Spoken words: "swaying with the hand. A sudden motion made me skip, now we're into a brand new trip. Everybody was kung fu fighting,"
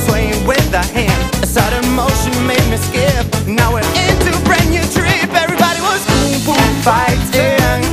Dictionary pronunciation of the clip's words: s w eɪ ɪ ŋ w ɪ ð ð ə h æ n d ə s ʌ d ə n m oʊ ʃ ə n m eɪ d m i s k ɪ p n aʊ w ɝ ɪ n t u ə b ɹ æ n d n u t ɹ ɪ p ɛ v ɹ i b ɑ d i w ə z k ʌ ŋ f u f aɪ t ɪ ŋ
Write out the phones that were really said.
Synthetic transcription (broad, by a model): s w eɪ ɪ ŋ w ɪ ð ð ə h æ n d ə s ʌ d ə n m oʊ ʃ ə n m eɪ d m i s k ɪ p n aʊ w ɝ ɪ n t u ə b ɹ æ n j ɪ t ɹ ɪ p ɛ v ɹ i b ɑ d i w ə z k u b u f aɪ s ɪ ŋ